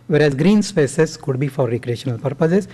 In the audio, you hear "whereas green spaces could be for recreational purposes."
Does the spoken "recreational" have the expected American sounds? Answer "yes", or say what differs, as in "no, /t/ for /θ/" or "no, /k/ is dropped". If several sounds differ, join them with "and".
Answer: yes